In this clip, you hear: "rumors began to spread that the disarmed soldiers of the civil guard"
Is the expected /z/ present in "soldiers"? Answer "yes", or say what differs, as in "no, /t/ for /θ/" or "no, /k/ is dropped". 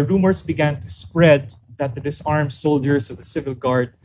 no, /s/ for /z/